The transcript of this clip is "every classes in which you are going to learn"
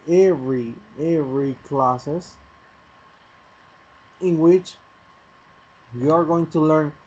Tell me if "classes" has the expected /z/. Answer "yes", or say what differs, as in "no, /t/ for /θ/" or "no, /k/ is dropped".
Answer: no, /s/ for /z/